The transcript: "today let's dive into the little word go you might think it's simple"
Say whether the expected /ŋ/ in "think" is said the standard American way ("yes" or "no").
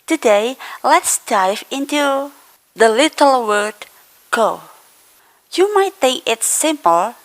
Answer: no